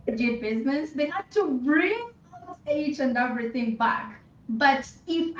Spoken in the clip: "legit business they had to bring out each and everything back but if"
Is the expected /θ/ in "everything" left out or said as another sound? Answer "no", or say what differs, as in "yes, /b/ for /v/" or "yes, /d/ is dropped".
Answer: yes, /t/ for /θ/